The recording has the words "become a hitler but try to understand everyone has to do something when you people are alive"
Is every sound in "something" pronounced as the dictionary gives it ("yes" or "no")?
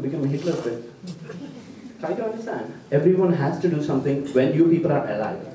no